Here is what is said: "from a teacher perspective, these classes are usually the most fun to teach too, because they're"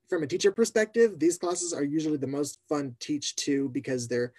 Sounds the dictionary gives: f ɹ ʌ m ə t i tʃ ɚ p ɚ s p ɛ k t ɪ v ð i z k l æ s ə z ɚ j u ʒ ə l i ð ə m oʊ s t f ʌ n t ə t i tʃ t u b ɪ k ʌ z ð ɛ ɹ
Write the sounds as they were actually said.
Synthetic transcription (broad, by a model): f ɹ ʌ m ə t i tʃ ɚ p ɚ s p ɛ k t ɪ v ð i z k l æ s ə z ɚ j u ʒ l i ð ə m oʊ s t f ʌ n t t i tʃ t u b ɪ k ʌ z ð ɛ ɹ